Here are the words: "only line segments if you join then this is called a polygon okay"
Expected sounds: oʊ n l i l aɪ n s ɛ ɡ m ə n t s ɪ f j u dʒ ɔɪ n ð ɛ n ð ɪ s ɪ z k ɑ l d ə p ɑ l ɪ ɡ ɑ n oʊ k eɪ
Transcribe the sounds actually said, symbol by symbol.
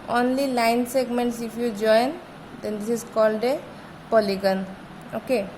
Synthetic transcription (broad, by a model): oʊ n l i l aɪ n s ɛ ɡ m ə n t s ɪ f j u dʒ ɔɪ n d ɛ n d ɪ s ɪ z k ɑ l d ə p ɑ l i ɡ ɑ n oʊ k eɪ